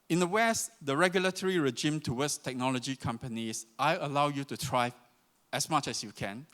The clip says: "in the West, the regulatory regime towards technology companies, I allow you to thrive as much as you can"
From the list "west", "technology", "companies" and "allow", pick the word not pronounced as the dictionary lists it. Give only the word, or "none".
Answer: companies